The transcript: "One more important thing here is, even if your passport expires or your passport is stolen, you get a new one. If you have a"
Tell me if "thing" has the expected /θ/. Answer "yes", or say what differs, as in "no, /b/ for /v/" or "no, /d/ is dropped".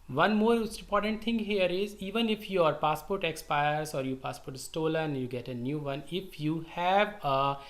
no, /t/ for /θ/